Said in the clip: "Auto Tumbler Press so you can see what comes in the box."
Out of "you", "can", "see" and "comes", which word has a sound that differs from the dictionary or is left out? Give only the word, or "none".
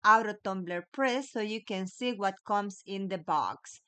comes